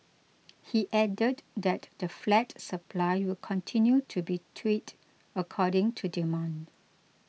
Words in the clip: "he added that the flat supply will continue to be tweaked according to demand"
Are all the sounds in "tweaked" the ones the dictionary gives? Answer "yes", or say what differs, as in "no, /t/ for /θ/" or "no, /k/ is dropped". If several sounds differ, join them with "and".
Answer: no, /k/ is dropped